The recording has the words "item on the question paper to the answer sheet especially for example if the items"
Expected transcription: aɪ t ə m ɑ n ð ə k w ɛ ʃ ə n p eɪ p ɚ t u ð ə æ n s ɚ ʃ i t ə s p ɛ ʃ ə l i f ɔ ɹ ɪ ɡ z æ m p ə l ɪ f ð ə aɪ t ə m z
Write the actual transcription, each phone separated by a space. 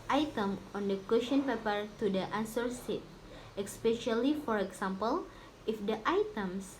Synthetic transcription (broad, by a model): aɪ t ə m ɑ n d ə k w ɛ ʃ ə n p eɪ p ɚ t u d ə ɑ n s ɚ s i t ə s p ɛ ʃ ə l i f ɔ ɹ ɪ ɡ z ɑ m p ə l ɪ f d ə aɪ t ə m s